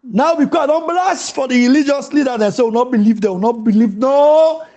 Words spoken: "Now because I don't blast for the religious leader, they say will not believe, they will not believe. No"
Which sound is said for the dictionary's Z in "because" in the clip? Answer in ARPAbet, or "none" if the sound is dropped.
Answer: none